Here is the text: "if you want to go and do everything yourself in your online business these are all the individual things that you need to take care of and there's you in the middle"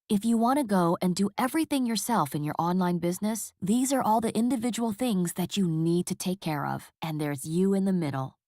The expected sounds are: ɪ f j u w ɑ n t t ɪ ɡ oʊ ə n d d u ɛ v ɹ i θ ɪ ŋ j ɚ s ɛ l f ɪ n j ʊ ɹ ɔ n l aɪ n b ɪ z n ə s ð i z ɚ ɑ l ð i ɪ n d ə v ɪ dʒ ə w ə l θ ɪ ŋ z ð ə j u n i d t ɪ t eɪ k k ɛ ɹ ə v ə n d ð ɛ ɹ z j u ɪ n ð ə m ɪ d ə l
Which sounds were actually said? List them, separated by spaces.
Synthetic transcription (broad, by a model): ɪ f j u w ɑ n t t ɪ ɡ oʊ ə n d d ɛ v ɹ i θ ɪ ŋ j ɚ s ɛ l f ɪ n j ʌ ɹ ɔ n l aɪ n b ɪ z n ə s ð i z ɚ ɑ l ð i ɪ n d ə v ɪ dʒ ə w l θ ɪ ŋ z ð ə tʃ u n i d t ɪ t eɪ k k ɛ ɹ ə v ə n ð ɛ ɹ z j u ɪ n ð ə m ɪ d l